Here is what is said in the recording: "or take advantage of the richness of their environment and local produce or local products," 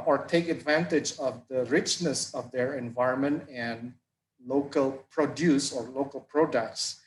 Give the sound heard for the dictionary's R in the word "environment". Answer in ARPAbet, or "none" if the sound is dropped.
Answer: R